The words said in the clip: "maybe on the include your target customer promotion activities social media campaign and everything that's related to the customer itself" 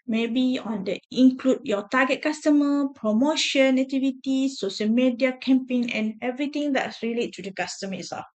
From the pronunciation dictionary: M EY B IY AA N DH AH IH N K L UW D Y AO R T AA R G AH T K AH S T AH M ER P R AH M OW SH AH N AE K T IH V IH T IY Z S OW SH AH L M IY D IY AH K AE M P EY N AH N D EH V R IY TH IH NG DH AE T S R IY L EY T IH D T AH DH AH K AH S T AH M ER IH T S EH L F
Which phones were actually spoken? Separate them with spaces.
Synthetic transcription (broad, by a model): M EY B IY AA N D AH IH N K L UW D Y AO T AA G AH T K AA S T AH M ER P R AH M OW SH AH N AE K T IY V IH T IY S OW SH AH L M IY D IY AH K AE M P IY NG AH N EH V R IY T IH NG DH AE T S R IY L EY T IH D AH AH K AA S T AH M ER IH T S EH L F